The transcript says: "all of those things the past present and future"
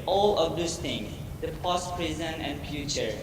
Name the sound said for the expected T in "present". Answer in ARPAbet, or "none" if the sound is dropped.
none